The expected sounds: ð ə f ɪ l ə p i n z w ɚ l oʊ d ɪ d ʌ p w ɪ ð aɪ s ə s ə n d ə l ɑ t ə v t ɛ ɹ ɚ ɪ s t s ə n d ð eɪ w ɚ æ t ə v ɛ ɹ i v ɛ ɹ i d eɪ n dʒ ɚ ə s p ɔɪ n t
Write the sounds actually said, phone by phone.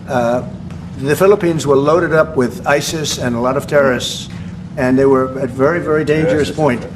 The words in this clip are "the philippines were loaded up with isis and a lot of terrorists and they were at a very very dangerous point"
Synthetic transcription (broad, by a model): ð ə f ɪ l ə p i n z w ɚ l oʊ d ɪ d ʌ p w ɪ ð aɪ s ə s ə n ə l ɑ t ə v t ɛ ɹ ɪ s s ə n ð eɪ w ɚ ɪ t v ɛ ɹ i v ɛ ɹ i d eɪ n dʒ ɚ ə s p ɔɪ n t